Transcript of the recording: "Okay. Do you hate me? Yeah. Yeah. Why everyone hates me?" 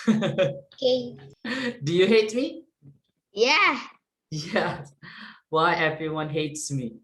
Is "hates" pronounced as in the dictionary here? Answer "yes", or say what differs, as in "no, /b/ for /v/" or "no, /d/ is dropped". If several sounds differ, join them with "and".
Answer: yes